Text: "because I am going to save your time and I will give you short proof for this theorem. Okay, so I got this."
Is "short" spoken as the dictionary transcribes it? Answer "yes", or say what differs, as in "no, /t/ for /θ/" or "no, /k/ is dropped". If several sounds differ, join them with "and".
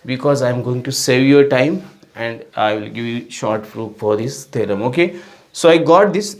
yes